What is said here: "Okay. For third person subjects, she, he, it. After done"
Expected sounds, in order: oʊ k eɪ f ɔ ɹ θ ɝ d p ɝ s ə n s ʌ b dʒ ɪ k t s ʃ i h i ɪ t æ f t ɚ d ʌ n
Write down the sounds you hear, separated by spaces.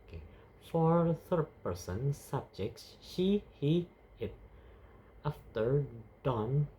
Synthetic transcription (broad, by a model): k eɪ f ɔ ɹ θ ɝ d p ɝ s ə n s ʌ b dʒ ɪ k t s ʃ i h i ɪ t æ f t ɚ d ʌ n